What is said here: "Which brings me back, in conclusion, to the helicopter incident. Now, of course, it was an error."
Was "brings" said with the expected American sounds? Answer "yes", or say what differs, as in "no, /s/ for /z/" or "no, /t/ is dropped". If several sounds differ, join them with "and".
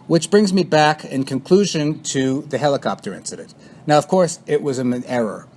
yes